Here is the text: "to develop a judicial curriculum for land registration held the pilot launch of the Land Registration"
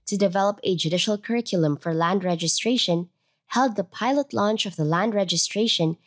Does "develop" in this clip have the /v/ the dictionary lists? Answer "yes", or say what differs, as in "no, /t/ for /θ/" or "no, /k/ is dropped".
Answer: yes